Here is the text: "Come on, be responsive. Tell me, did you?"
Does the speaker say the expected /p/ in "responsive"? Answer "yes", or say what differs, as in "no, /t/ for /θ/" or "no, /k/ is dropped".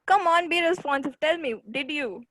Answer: no, /f/ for /p/